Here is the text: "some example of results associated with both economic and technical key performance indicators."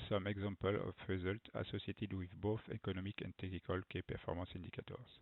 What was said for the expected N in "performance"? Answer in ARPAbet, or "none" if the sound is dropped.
none